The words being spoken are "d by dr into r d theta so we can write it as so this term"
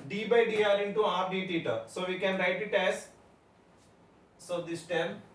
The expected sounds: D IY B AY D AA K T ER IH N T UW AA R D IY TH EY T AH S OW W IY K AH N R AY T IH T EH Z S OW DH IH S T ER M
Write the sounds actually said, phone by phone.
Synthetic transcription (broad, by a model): D IY B AY D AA T IH N T UW AA R D IY T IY T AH S OW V IY K AH N R AY T IH T EH Z S OW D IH S T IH M